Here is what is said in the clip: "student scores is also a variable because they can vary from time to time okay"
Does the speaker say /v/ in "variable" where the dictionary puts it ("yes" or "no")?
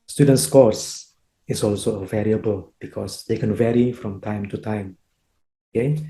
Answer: yes